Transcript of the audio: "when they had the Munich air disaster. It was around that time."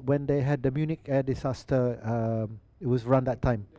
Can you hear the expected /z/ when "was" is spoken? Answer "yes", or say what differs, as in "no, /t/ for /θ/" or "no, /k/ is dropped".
no, /s/ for /z/